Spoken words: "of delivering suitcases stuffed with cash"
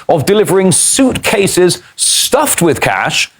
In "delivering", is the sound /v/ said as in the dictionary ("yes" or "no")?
yes